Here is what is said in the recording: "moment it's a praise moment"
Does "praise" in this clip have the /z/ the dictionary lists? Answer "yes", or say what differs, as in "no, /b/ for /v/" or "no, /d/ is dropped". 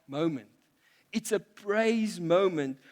yes